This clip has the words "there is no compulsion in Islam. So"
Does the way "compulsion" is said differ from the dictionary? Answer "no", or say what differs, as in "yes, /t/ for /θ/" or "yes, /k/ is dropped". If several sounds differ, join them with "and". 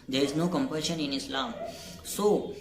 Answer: yes, /l/ is dropped